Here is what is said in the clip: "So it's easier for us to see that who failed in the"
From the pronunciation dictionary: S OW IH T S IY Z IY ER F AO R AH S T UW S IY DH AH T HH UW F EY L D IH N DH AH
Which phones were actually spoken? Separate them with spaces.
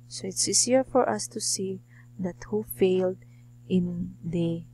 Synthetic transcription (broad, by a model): S OW IH T S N S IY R F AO R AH S T UW S IY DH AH T HH UW F EY L D IH N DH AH